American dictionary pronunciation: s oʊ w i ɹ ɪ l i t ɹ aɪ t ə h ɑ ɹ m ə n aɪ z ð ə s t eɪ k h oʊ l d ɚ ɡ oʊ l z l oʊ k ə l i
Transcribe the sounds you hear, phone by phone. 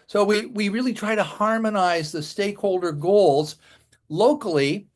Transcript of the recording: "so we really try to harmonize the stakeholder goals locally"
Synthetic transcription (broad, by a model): s oʊ w i ɹ ɪ l i t ɹ aɪ t ə h ɑ ɹ m ə n aɪ z ð ə s t eɪ k h oʊ l d ɚ ɡ oʊ l z l oʊ k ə l i